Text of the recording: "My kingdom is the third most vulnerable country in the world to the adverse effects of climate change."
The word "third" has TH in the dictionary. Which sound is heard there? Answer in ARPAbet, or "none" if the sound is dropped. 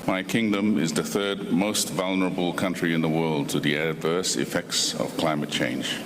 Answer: TH